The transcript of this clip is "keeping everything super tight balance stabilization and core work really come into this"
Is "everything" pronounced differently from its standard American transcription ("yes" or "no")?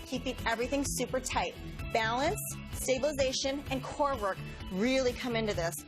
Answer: no